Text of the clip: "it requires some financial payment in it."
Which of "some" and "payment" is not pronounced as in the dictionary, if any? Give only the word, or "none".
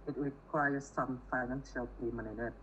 payment